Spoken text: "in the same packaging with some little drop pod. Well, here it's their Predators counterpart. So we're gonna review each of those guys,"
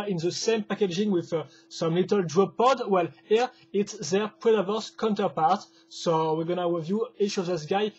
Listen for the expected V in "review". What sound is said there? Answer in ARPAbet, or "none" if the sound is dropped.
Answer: V